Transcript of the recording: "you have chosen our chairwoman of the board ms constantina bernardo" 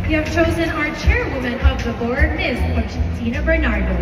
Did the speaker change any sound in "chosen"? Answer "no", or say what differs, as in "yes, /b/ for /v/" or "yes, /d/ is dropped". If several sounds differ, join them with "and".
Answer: no